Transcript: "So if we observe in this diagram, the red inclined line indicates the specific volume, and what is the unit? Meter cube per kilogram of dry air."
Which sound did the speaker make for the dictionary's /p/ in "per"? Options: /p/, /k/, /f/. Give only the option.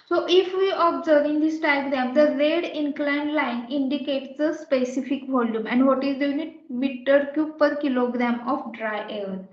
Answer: /p/